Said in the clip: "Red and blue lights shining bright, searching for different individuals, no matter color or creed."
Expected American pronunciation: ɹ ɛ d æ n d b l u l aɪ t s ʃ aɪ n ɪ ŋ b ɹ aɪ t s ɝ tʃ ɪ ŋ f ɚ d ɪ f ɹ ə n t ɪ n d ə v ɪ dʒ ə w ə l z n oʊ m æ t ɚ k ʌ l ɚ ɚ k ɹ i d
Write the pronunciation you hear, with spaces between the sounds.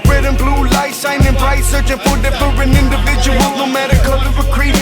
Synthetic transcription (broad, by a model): ɹ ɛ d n b l u l aɪ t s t aɪ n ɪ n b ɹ aɪ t s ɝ tʃ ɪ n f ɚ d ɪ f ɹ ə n ɪ n d ə v ɪ dʒ ə w ə l z n oʊ m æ t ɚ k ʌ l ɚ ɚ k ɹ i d